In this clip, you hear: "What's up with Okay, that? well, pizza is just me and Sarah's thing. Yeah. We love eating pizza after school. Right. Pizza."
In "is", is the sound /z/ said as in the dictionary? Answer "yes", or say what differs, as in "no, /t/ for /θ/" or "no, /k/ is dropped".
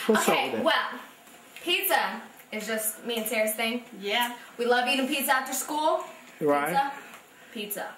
yes